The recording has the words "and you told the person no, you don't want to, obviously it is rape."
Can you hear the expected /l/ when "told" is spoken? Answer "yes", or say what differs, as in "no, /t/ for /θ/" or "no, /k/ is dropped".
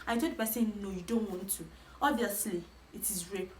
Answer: no, /l/ is dropped